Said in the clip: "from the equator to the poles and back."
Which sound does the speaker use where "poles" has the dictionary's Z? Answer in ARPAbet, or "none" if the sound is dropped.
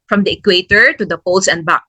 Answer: S